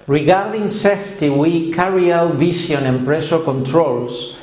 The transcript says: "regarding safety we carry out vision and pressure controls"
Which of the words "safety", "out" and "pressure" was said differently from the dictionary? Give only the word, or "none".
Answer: pressure